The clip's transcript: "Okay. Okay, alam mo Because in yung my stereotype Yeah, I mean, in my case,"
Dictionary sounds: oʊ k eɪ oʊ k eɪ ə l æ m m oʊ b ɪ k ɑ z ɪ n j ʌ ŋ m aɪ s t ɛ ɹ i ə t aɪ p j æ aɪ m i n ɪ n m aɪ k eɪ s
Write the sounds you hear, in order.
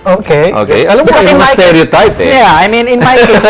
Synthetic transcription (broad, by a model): oʊ k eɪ oʊ k eɪ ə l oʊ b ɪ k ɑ ɪ n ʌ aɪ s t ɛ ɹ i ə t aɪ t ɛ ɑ aɪ m i n ɪ n m aɪ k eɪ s